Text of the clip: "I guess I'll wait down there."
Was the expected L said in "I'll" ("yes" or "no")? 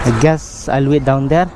yes